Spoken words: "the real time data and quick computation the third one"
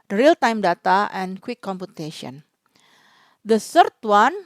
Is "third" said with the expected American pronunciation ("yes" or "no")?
no